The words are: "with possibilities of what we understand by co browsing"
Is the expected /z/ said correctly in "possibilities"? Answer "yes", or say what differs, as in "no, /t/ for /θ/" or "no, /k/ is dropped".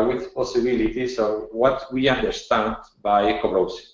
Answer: no, /s/ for /z/